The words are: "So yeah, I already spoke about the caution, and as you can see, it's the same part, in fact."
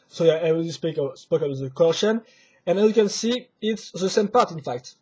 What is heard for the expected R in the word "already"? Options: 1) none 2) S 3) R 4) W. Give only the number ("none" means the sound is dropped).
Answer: 1